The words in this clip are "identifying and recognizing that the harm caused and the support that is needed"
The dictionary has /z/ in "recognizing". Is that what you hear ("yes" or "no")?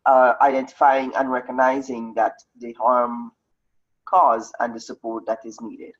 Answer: yes